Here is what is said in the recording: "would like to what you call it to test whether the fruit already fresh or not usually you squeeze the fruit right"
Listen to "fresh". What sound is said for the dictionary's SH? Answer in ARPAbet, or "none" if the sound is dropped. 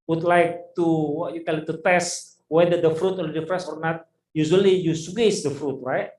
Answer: S